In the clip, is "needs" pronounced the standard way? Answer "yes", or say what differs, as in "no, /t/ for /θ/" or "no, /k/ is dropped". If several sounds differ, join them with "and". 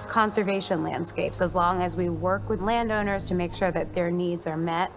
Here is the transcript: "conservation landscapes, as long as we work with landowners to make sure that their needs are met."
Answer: yes